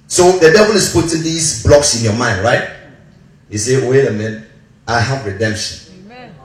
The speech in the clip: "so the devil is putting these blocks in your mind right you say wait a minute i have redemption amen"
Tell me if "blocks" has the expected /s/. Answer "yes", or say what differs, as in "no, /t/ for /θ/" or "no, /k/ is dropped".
yes